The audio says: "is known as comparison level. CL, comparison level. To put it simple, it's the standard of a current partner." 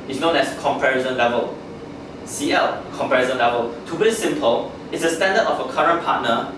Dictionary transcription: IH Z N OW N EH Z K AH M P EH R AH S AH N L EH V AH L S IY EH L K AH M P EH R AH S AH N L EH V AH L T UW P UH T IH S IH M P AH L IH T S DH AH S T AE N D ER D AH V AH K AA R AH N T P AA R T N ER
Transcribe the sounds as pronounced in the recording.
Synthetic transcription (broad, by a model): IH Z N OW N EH S K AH M P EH R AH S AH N L EH V AH L S IY EH L K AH M P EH R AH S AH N L EH V AH L T UW B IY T IH S IH M P AH L IH T S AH S T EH N D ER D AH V AH K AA R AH N P AA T N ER